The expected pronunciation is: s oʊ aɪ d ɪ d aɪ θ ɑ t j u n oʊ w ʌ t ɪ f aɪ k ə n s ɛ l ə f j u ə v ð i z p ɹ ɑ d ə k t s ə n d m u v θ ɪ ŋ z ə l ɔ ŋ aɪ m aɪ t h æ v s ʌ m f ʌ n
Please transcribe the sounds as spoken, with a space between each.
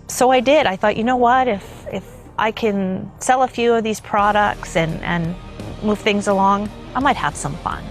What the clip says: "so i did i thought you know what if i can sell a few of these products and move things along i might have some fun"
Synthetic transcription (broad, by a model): s oʊ aɪ d ɪ d aɪ θ ɑ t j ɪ n oʊ w ʌ t ɪ f aɪ k ə n s ɛ l ə f j u ə v ð i z p ɹ ɑ d ə k t s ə n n m u v θ ɪ ŋ z ə l ɔ ŋ aɪ m aɪ t h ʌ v s ʌ m f ʌ n